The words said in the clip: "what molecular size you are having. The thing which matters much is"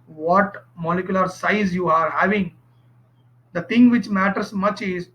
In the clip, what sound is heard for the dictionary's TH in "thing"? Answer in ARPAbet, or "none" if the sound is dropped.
T